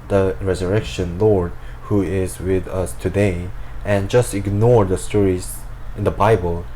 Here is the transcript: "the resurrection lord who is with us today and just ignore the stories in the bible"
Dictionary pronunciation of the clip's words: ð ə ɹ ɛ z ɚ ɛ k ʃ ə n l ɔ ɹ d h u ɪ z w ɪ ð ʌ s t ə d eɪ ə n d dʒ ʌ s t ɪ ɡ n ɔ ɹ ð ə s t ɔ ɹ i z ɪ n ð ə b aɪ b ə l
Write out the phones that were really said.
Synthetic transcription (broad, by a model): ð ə ɹ ɛ z ɚ ɛ k ʃ ə n l ɔ ɹ d h u ɪ z w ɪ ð ʌ s t ə d eɪ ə n dʒ ʌ s t ɪ ɡ n ɔ ɹ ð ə s t ɔ ɹ i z ɪ n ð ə b aɪ b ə l